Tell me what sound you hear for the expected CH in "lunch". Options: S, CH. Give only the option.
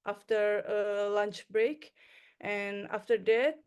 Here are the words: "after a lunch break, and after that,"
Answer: CH